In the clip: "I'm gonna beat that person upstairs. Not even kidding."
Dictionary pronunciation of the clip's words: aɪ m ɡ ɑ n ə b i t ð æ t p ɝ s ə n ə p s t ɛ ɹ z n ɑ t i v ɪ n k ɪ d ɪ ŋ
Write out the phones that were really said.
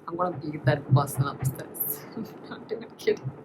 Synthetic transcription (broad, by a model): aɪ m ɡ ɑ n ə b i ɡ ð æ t b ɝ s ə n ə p s t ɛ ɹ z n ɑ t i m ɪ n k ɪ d